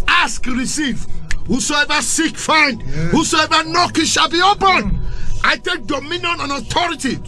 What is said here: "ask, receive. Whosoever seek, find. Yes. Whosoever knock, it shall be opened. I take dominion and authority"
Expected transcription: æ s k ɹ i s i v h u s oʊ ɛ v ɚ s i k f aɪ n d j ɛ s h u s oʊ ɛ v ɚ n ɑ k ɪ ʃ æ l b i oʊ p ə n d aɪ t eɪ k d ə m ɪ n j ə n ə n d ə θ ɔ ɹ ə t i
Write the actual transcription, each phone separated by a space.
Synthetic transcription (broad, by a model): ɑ s k ɹ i s i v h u s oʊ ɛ v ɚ s i k f aɪ n d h u s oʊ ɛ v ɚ n ɑ k ɪ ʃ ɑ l b i oʊ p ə n aɪ t eɪ k d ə m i n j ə n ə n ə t ɔ ɹ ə t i